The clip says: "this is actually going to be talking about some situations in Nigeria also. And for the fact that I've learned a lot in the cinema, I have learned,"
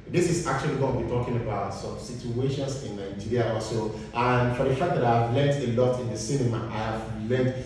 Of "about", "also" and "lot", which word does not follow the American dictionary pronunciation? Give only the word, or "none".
also